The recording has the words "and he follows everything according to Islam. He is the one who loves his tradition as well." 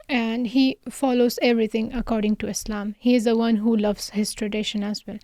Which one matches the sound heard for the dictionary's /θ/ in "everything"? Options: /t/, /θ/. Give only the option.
/t/